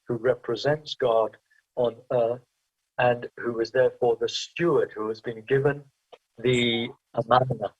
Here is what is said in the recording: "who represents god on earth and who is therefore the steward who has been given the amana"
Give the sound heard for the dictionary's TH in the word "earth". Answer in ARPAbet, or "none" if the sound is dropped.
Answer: TH